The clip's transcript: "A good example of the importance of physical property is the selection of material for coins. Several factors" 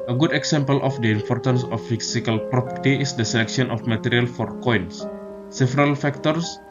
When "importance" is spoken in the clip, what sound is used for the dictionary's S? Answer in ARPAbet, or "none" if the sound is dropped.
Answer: S